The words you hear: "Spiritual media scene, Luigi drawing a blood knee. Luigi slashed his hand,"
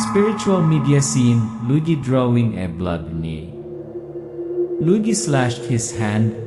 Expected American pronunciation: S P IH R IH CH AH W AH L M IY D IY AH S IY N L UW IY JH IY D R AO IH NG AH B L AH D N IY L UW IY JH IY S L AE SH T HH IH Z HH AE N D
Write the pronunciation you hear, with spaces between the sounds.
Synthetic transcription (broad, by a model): S P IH R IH CH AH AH L M IY D IY AH S IY N L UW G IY D R AO IH NG AH B L AH D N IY L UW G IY S L AE SH T HH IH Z HH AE N D